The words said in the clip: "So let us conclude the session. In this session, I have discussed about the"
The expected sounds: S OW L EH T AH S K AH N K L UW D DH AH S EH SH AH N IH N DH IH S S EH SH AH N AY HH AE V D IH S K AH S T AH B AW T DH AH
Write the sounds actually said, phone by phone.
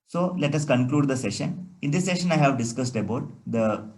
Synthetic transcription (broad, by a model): S OW L EH T AH S K AH N K L UW D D AH S EH SH AH N IH N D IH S S EH SH AH N AY HH AE V D IH S K AH S T AH B AW T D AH